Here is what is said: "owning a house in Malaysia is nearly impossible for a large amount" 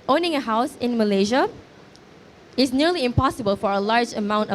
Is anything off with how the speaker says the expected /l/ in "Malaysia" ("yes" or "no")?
no